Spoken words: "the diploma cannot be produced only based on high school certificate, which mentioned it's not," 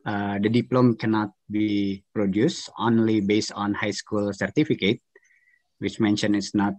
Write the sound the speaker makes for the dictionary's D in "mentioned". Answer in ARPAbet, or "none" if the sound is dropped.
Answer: none